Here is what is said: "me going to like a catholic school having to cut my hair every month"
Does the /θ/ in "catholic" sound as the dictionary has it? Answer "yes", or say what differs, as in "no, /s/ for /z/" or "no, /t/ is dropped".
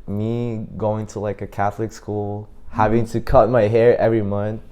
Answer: yes